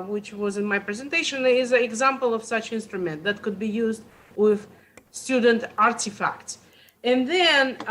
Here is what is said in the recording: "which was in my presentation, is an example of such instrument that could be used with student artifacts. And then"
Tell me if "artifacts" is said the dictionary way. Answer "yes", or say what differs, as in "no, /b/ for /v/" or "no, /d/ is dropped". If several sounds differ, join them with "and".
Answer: yes